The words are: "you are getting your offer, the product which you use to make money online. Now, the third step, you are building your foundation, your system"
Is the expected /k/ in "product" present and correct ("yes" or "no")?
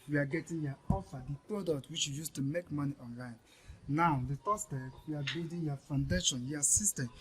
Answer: yes